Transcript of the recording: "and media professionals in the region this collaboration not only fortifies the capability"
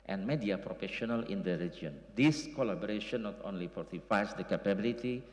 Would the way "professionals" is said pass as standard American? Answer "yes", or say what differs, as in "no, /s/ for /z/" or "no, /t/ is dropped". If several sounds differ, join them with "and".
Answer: no, /z/ is dropped